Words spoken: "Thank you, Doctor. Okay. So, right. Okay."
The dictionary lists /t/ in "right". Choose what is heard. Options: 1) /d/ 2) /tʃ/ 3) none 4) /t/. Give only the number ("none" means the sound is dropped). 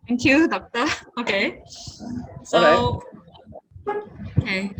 3